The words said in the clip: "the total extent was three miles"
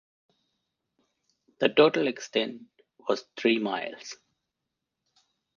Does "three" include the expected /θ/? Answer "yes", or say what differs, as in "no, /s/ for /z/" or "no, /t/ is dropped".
no, /t/ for /θ/